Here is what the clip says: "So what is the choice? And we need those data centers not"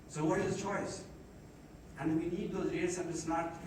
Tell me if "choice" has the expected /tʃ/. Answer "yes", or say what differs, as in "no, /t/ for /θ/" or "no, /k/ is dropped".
yes